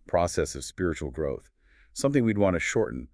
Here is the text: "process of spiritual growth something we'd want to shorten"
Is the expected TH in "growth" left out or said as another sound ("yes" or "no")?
no